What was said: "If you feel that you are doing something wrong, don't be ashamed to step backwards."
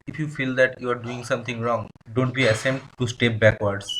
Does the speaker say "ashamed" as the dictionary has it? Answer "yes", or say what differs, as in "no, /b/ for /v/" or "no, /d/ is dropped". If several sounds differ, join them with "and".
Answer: no, /s/ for /ʃ/